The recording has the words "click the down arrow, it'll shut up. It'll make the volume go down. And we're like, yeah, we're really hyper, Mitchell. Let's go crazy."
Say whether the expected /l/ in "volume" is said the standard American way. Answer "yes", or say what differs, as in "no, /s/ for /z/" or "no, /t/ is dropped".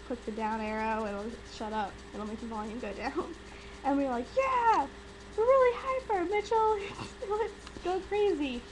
no, /n/ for /l/